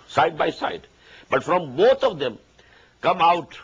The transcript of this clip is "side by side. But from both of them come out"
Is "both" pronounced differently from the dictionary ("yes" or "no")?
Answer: yes